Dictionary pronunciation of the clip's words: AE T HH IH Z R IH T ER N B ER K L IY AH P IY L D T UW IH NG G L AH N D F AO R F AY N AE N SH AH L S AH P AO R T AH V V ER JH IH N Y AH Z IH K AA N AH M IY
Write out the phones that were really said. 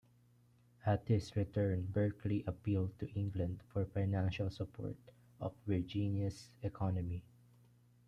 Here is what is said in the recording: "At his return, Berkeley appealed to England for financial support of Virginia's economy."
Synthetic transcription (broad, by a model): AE T HH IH S R IH T ER N B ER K L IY AH P IY L D T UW IH NG G L AH N D F AO R F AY N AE N SH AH L S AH P AO R T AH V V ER JH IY N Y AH S IH K AA N AH M IY